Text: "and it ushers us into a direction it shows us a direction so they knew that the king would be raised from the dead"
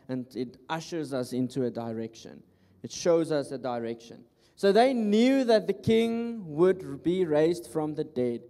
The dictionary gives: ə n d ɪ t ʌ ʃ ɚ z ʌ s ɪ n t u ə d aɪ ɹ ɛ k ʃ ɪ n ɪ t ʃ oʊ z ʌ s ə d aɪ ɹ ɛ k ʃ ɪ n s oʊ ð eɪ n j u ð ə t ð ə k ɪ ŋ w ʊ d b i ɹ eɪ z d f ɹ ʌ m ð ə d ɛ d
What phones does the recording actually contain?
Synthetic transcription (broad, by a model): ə n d ɪ t ʌ ʃ ɚ z ʌ s ɪ n t u ə d aɪ ɹ ɛ k ʃ ɪ n ɪ t ʃ oʊ z ʌ s ə d aɪ ɹ ɛ k ʃ ɪ n s oʊ ð eɪ n j u ð ə t ð ə k ɪ ŋ w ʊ d b i ɹ eɪ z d f ɹ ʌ m ð ə d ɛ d